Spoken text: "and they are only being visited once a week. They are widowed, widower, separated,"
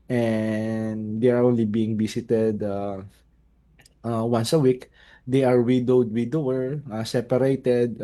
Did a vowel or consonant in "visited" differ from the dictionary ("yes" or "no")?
yes